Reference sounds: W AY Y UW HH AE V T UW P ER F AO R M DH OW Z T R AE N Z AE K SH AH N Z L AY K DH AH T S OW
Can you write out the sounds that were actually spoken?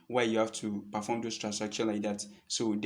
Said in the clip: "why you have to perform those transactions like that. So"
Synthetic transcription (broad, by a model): W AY Y UW HH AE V T UW P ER F AO M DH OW S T R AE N S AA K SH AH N L AY K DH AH T S OW